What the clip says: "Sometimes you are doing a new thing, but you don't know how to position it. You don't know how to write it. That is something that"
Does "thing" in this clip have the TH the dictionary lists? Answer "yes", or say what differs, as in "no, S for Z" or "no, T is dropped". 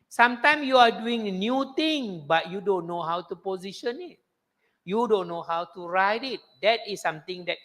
no, T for TH